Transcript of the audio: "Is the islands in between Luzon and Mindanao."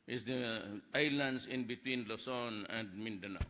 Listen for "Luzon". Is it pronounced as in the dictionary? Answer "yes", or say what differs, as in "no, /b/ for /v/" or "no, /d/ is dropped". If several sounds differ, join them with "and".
no, /s/ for /z/